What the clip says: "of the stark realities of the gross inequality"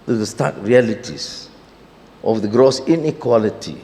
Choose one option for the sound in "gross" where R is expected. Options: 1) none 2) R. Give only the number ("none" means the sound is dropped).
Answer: 2